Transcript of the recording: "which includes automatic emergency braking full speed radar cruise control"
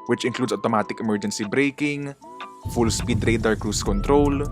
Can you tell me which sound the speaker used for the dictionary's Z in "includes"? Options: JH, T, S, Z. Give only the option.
S